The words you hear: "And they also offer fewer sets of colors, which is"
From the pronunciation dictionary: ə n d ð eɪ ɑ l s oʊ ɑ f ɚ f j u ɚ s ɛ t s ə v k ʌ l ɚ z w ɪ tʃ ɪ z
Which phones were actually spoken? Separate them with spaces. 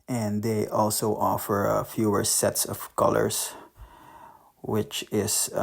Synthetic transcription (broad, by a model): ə n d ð eɪ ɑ l s oʊ ɑ f ɚ f j u ɚ s ɛ t s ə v k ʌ l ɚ s w ɪ tʃ ɪ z